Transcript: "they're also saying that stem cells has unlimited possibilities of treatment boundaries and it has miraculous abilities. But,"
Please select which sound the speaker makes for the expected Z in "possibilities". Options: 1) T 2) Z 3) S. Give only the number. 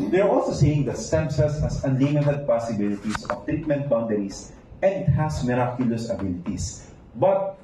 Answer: 3